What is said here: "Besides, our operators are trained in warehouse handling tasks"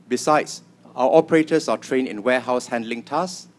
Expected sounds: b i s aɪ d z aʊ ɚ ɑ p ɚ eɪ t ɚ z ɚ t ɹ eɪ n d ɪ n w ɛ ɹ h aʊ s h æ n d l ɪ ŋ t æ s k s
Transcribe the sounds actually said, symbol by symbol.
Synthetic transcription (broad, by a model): b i s aɪ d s aʊ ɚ ɑ p ɚ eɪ t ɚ s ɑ t ɹ eɪ n ɪ n w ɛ h aʊ s h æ n d l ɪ ŋ t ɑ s s